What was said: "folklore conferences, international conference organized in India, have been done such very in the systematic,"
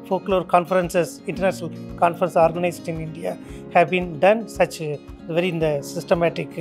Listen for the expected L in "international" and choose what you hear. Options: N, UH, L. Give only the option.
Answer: L